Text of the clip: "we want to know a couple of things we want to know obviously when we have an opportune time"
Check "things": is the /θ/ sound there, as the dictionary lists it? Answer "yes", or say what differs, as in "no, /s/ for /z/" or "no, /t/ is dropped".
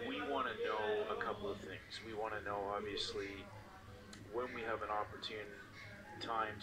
yes